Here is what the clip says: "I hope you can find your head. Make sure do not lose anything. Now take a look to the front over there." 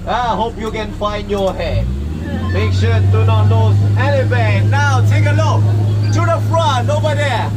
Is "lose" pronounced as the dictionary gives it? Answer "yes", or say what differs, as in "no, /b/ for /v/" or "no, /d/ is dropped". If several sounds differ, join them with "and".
no, /n/ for /l/